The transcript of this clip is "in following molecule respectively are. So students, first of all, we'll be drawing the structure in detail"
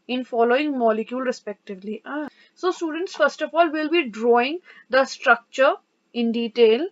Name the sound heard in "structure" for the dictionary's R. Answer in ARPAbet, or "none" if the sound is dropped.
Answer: R